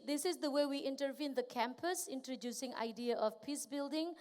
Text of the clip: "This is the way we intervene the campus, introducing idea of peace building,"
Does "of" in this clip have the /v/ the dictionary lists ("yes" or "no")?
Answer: no